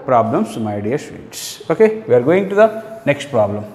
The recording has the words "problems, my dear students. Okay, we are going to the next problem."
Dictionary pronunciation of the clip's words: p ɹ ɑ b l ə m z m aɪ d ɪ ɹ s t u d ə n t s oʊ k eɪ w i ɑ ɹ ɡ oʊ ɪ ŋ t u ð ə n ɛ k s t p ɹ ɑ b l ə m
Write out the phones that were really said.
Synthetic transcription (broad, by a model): p ɹ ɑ b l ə m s m aɪ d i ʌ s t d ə t s oʊ k eɪ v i ɑ ɹ ɡ oʊ ɪ ŋ t u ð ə n ɛ k s t p ɹ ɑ b l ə m